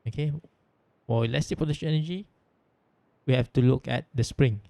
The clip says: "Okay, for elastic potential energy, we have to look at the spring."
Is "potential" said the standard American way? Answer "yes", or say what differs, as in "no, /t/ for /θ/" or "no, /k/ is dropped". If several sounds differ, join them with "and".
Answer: no, /n/ is dropped and /n/ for /l/